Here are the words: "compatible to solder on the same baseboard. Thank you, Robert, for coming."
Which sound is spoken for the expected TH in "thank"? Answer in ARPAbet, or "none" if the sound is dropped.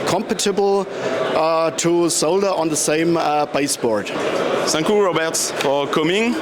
S